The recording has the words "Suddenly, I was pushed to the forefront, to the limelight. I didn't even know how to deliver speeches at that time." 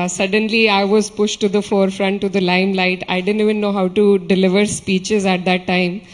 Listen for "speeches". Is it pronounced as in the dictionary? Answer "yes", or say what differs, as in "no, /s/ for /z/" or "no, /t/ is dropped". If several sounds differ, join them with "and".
yes